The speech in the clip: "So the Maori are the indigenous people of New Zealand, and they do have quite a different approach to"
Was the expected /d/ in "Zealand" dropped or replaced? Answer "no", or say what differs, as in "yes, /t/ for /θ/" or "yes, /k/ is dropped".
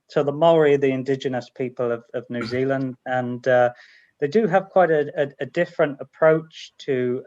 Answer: no